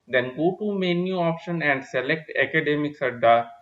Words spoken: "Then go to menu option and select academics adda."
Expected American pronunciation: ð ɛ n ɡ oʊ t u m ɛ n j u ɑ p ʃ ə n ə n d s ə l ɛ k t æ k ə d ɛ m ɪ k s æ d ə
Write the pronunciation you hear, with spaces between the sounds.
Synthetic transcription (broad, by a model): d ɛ n ɡ oʊ t u m ɛ n j u ɑ p ʃ ə n ə n d s ə l ɛ k t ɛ k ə d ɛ m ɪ k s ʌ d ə